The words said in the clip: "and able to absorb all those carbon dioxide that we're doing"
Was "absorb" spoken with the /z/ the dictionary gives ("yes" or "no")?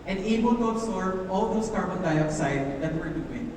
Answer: no